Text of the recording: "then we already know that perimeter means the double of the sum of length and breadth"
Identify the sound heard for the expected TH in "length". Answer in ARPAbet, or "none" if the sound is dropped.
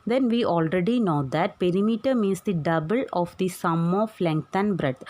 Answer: T